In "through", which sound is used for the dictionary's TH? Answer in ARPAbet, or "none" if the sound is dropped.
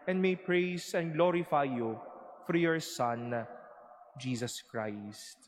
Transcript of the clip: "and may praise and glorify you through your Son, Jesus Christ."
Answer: F